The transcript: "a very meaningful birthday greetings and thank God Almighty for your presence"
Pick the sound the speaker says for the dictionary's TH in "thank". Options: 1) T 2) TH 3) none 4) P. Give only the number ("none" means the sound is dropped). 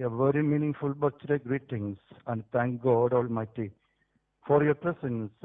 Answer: 1